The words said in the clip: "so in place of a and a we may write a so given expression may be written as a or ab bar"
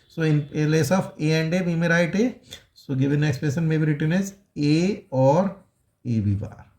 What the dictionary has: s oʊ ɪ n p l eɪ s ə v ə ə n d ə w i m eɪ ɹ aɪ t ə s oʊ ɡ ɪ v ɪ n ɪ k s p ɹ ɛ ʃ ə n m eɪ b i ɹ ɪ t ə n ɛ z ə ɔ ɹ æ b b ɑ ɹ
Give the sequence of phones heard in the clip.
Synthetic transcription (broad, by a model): s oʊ ɪ n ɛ l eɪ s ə f ə ə n d ə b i m eɪ ɹ aɪ t ə s oʊ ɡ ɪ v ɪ n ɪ k s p ɛ s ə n m eɪ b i ɹ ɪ t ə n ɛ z ə ɔ ɹ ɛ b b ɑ ɹ